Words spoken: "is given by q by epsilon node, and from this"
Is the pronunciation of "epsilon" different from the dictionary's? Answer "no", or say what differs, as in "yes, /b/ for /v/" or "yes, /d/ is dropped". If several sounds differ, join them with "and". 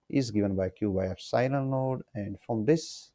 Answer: yes, /f/ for /p/